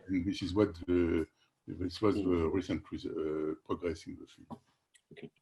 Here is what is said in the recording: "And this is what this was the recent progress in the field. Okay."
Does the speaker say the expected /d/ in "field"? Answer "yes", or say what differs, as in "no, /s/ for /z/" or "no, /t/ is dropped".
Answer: no, /d/ is dropped